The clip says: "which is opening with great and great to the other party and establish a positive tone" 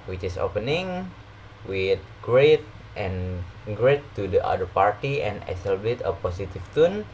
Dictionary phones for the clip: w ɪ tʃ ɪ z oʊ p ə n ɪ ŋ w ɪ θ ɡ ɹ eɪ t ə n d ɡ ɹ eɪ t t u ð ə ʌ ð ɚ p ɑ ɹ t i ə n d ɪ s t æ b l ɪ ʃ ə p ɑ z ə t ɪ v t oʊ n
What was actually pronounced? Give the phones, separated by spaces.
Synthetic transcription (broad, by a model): w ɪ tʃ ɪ s oʊ p ə n ɪ ŋ w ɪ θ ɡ ɹ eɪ t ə n ɡ ɹ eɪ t t u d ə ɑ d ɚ p ɑ ɹ t i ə n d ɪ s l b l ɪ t ə p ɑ s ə t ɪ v t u n